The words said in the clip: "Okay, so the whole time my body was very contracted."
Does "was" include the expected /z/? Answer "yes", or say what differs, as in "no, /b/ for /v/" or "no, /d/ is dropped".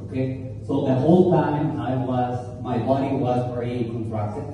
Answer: yes